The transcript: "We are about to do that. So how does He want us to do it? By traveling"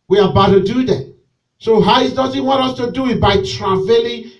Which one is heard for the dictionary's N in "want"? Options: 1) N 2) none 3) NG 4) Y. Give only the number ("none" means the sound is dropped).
2